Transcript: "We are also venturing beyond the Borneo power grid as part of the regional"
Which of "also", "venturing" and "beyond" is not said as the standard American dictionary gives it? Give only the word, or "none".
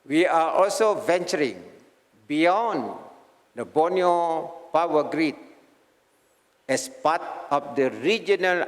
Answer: none